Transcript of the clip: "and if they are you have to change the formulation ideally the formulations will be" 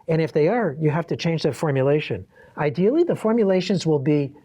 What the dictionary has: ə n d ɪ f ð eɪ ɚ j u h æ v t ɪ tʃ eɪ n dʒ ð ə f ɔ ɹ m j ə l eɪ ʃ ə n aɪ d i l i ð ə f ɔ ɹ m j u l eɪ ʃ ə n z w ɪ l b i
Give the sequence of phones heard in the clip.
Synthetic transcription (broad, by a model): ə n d ɪ f ð eɪ ɚ j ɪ h æ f t ɪ tʃ eɪ n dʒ ð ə f ɔ ɹ m j ə l eɪ ʃ ə n aɪ d i l i ð ə f ɔ ɹ m j u l eɪ ʃ ə n z w ɪ l b i